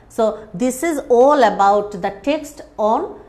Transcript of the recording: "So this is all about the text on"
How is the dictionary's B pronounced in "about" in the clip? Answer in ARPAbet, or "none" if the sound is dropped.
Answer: B